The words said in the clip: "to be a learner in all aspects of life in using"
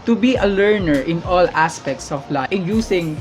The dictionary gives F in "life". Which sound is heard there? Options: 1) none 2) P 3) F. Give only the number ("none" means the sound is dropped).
1